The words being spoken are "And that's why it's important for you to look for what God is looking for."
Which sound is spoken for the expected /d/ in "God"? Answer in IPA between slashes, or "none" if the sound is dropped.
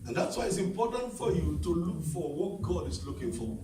/d/